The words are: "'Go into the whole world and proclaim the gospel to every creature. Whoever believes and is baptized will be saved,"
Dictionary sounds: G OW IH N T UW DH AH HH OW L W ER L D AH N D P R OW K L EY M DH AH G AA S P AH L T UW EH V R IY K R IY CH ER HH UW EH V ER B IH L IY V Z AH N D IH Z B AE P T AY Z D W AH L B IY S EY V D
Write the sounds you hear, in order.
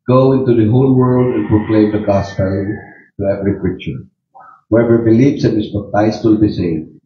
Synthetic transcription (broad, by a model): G OW IH N T UW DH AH HH OW L W ER L D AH N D P R OW K L EY M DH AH G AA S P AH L T UW EH V R IY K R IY CH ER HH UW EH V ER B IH L IY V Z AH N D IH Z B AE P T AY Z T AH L B IY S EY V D